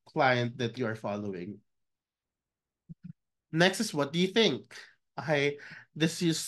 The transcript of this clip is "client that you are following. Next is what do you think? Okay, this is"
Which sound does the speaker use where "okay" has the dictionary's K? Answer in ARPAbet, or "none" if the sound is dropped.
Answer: none